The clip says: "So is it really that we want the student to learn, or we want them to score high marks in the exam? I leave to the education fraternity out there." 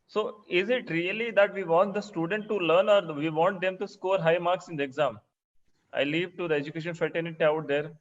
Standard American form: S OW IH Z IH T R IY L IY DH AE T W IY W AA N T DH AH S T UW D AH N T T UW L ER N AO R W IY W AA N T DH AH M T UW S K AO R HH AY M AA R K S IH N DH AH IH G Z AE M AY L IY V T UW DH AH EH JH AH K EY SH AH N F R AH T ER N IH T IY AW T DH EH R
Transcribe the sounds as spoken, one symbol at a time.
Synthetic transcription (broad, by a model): S OW IH Z IH T R IY L IY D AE T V IY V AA N T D AH S T UW D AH N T T UW L ER N AO R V IY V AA N T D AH M T UW S K AO R HH AY M AA R K S IH N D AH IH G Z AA M AY L IY V T UW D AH EH JH AH K EY SH AH N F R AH T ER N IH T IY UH T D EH R